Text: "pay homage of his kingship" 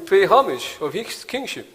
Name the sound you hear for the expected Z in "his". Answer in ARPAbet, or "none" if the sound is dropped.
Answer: S